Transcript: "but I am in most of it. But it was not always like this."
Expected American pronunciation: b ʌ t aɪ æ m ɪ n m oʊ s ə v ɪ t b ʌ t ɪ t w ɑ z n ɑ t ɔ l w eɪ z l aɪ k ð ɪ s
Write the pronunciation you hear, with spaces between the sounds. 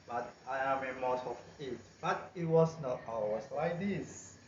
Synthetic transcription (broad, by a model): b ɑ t aɪ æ m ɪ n m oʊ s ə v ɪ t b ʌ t ɪ t w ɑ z n ɑ t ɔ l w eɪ s l aɪ k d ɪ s